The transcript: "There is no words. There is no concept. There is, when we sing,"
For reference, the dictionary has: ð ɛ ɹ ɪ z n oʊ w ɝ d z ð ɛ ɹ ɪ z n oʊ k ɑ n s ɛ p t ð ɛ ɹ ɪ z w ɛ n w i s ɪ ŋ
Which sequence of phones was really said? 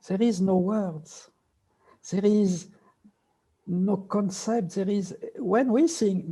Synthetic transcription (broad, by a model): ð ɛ ɹ ɪ z n oʊ w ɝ d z ð ɛ ɹ ɪ z n oʊ k ɑ n s ɛ p t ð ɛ ɹ ɪ z w ɛ n w i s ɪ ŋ